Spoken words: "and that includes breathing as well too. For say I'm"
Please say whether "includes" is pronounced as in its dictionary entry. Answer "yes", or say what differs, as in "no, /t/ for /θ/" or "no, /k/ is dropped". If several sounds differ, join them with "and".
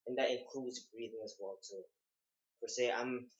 no, /l/ is dropped